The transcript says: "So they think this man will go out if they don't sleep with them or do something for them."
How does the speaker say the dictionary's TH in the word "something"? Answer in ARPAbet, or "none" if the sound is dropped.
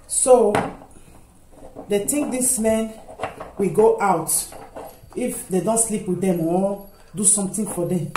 T